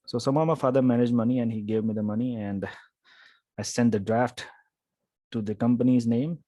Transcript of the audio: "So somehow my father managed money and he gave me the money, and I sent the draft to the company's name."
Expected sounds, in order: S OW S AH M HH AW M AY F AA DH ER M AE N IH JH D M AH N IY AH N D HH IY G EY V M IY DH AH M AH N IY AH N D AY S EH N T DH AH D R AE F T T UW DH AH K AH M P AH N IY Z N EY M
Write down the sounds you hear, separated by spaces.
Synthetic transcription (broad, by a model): S OW S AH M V M AY F AA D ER M AE N IH JH D M AH N IY AH N D HH IY G EY V M IY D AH M AH N IY AH N D AY S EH N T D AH D R AE F T T UW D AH K AH M P AH N IY Z N EY M